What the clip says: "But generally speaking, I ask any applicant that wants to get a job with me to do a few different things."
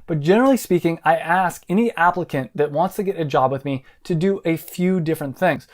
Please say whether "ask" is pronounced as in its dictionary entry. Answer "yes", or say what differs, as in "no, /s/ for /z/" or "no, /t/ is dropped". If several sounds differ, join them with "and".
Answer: yes